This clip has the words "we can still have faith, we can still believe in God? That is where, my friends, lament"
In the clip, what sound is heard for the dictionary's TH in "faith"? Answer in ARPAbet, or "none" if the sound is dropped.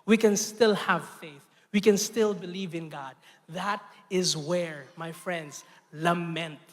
TH